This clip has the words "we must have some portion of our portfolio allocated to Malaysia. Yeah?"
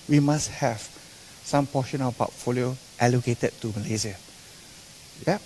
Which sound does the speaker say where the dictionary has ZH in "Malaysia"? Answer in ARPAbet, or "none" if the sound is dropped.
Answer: Z